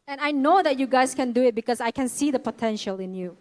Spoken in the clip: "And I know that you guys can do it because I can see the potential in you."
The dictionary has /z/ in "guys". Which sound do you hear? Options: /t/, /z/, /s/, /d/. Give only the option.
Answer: /s/